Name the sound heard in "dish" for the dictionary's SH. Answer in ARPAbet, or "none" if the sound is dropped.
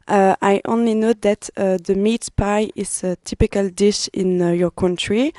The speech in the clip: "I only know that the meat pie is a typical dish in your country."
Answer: SH